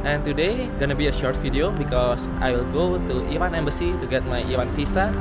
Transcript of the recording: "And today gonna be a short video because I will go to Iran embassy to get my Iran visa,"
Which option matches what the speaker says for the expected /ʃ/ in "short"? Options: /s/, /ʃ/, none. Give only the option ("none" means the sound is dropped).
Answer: /ʃ/